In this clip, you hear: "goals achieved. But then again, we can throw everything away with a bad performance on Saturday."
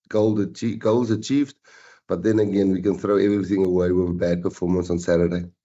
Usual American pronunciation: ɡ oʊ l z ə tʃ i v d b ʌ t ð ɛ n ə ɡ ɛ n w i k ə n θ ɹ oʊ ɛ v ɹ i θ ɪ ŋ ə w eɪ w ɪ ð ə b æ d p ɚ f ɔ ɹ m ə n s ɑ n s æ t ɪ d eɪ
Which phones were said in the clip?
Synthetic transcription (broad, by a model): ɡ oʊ l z ə tʃ i v d b ʌ t ð ɛ n ə ɡ ɛ n w i k ə n θ ɹ oʊ ɛ v ɹ i θ ɪ ŋ ə w eɪ w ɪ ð ə b æ d p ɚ f ɔ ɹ m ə n s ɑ n s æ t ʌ d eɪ